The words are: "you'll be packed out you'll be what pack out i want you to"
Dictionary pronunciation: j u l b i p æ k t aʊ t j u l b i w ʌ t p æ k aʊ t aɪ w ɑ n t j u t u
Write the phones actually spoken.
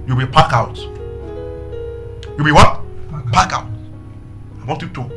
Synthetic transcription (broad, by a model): j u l b i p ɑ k aʊ t j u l b i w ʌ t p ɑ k aʊ t aɪ w ɑ n t j u t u